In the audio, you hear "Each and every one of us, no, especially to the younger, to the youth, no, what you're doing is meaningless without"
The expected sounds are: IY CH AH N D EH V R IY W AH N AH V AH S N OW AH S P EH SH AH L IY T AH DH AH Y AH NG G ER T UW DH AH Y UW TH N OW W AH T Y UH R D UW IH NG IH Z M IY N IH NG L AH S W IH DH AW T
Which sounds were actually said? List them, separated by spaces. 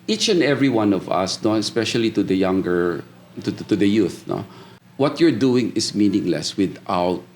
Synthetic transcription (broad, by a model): IY CH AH N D EH V R IY W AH N AH V AH S N OW AH S P EH SH AH L IY T AH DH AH Y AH NG G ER T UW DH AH Y UW TH N OW W AH T Y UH R D UW IH NG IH S M IY N IH NG L AH S W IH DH AW T